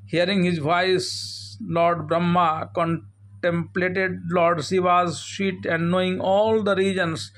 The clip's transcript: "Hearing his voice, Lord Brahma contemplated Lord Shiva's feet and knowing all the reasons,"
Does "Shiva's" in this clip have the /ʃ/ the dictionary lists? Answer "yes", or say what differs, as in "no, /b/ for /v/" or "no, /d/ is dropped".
no, /s/ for /ʃ/